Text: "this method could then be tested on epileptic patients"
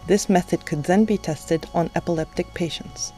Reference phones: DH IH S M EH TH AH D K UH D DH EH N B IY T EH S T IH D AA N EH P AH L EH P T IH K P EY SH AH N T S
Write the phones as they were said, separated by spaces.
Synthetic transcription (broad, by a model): DH IH S M EH TH AH D K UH D DH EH N B IY T EH S T IH D N EH P AH L EH P T IH K P EY SH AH N T S